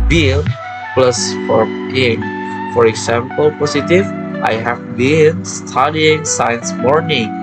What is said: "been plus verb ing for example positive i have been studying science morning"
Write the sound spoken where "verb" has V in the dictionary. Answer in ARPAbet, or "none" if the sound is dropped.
F